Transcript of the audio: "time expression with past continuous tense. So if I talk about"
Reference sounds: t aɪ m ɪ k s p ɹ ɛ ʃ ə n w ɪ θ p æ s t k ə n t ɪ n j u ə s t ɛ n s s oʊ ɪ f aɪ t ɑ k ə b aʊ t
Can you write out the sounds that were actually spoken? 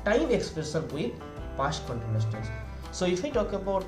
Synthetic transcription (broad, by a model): t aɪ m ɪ k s p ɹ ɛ s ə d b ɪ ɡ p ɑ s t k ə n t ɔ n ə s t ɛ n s s oʊ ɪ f aɪ t ɑ k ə b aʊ t